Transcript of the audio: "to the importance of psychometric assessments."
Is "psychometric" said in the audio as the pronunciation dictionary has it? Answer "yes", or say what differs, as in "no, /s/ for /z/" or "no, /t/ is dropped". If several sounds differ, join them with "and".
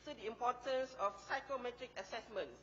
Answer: yes